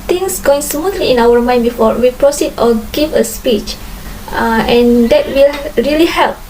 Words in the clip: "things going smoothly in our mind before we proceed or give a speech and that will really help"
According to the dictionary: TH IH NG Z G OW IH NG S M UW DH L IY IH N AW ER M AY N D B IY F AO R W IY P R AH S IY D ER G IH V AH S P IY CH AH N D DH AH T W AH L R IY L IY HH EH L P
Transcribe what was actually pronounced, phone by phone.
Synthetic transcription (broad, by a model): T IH NG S G OW IH NG S M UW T L IY IH N AW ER M AY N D B IY F AO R W IY P R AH S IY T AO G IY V AH S P IY CH AH N D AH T W AH L R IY L IY HH EH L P